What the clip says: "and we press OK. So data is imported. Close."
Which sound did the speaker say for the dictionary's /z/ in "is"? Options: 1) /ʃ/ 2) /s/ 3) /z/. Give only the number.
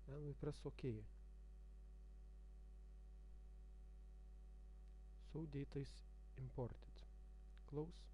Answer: 2